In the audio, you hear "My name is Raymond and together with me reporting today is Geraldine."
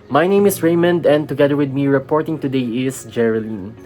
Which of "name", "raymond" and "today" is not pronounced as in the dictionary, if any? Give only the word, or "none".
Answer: none